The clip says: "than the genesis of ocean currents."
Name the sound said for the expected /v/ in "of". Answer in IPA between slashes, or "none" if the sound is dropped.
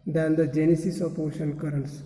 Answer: /p/